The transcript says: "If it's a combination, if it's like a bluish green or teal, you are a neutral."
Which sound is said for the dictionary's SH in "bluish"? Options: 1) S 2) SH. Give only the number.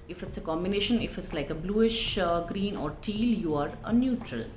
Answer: 2